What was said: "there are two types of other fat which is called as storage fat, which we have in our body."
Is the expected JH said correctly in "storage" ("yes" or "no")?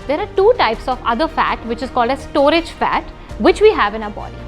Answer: yes